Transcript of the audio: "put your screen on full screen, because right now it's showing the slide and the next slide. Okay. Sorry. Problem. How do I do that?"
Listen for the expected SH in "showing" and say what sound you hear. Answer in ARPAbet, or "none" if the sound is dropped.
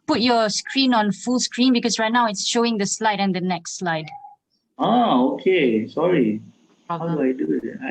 SH